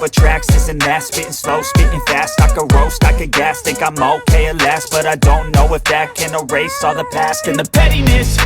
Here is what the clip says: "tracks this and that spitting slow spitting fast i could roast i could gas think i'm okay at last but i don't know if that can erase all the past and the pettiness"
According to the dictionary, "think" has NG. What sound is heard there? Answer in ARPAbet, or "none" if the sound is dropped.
none